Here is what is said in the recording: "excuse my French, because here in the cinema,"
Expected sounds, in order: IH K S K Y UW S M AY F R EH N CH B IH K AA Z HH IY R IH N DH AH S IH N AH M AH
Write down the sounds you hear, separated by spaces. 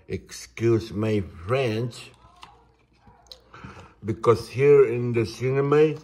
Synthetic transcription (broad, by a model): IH K S K Y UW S M AY F R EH N S B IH K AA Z HH IY R IH N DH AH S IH N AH M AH